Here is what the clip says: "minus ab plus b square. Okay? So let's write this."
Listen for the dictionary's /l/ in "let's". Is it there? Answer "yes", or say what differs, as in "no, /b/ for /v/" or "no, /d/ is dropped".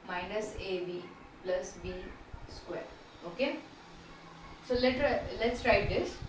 yes